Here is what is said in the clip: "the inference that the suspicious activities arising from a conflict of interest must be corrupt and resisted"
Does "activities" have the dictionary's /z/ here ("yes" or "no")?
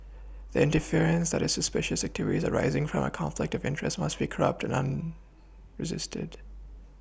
yes